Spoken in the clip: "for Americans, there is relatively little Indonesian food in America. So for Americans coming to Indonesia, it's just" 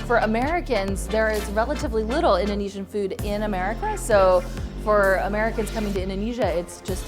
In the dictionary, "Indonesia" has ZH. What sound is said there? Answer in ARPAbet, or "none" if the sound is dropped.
ZH